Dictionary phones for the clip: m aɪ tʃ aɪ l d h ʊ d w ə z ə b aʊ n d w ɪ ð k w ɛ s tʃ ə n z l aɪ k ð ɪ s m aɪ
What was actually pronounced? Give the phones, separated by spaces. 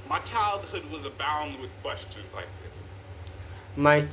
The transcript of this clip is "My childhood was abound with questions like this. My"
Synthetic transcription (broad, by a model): m aɪ tʃ aɪ l d h ʊ d w ə z ə b aʊ n d w ɪ ð k w ɛ s tʃ ə n z l aɪ k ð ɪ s m aɪ